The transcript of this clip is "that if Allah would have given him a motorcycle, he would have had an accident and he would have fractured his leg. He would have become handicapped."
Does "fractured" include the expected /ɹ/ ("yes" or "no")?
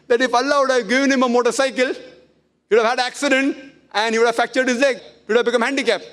no